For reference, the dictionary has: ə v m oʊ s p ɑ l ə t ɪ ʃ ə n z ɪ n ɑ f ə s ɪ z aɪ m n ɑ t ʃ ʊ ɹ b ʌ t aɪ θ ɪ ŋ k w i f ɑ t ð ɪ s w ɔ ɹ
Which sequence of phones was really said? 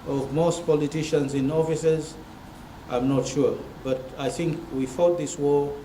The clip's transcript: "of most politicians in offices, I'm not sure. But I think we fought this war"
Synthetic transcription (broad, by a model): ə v m oʊ s p ɑ l ə t ɪ ʃ ə n z ɪ n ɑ f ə s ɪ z aɪ m n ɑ t ʃ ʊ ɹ b ʌ t aɪ θ ɪ ŋ k w i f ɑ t ð ɪ s w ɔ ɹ